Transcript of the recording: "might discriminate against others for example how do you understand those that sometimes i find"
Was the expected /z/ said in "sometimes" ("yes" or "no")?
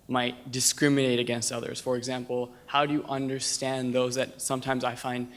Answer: yes